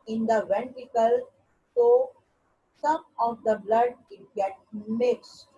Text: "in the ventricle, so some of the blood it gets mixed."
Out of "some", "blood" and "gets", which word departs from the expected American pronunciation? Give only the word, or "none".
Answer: gets